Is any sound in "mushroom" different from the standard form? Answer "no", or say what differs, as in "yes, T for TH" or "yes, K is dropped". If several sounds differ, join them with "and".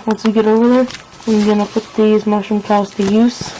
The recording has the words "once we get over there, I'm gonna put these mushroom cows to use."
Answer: yes, R is dropped